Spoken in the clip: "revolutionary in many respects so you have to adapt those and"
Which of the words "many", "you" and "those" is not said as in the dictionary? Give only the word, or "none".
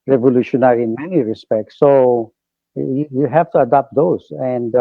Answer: those